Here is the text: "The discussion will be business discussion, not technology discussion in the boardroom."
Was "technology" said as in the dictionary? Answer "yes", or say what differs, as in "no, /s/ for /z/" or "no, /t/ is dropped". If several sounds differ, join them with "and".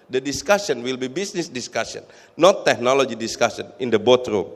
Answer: yes